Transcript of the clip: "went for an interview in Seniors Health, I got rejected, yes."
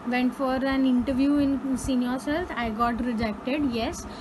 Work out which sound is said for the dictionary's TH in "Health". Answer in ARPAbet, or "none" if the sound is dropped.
F